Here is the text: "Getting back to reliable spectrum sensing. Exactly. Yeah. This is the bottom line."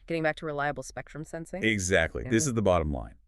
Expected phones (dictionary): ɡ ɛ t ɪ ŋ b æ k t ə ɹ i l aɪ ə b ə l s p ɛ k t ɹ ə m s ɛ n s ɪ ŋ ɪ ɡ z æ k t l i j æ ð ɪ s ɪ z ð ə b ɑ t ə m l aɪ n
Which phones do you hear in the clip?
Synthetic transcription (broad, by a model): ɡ ɛ t ɪ ŋ b æ k t ə ɹ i l aɪ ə b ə l s p ɛ k t ɹ ə m s ɛ n s ɪ ŋ ɪ ɡ z æ k t l i ð ɪ s ɪ z ð ə b ɑ t ə m l aɪ n